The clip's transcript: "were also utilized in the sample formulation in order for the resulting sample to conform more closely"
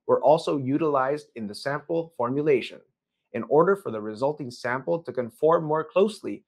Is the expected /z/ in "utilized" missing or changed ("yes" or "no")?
no